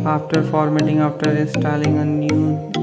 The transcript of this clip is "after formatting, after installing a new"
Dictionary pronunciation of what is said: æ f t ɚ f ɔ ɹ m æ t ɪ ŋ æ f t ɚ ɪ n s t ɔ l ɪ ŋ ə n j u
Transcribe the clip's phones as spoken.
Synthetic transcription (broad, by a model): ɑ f t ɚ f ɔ ɹ m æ t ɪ ŋ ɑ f t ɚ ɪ s t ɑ l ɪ ŋ ə n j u